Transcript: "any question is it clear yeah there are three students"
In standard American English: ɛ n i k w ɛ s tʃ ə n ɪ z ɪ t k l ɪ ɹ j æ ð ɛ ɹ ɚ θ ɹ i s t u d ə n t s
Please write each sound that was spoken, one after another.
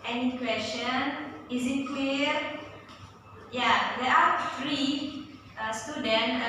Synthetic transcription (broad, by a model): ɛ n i k w ɛ s tʃ ə n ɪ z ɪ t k w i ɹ j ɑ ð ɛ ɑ f ɹ i s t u d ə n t